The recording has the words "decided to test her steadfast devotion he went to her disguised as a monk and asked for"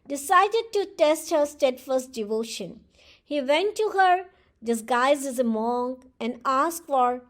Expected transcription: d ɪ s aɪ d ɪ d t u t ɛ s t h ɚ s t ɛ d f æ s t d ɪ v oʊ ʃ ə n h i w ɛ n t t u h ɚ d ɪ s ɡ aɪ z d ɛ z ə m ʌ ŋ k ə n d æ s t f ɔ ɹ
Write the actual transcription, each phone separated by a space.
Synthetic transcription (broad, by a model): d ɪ s aɪ d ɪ d t u t ɛ s t h ɚ s t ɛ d f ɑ s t d ɪ v oʊ ʃ ə n h i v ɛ n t t u h ɚ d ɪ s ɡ aɪ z ɛ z ə m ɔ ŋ ə n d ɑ s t f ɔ ɹ